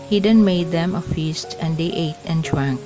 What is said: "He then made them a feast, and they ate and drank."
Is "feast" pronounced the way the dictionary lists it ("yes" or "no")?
yes